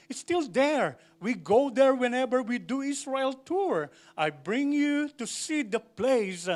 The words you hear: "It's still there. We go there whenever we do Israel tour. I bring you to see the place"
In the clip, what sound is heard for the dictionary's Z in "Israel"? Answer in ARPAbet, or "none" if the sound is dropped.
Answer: S